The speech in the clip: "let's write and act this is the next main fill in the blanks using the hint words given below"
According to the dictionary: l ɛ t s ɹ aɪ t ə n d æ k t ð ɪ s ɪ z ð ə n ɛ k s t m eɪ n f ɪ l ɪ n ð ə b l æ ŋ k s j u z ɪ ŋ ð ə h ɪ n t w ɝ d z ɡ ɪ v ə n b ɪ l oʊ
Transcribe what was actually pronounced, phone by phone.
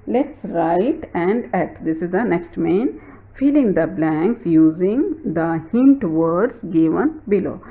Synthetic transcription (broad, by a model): l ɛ t s ɹ aɪ t ə n d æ t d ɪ s ɪ z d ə n ɛ k s t m eɪ n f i l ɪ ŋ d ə b l æ ŋ k s j u z ɪ ŋ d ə h ɪ n t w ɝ d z ɡ ɪ v ə n b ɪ l oʊ